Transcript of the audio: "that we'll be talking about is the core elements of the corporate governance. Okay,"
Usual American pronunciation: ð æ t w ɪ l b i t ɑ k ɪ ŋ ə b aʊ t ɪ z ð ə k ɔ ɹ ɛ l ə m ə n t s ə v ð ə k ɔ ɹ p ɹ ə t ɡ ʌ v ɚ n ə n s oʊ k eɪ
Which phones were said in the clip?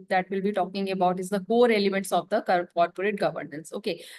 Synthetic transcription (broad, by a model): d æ t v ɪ l b i t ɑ k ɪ ŋ ə b aʊ t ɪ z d ə k ɔ ɹ ɛ l ə m ə n t s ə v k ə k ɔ ɹ p ɹ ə t ɡ ʌ v ɚ n ə n s oʊ k eɪ